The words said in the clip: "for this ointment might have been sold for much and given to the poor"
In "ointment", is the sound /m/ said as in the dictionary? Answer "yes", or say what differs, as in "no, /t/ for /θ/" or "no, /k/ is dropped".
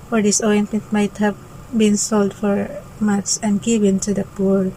no, /m/ is dropped